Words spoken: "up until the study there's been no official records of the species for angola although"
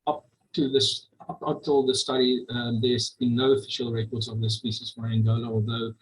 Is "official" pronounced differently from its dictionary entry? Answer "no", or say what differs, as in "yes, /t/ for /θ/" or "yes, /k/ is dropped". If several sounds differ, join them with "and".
no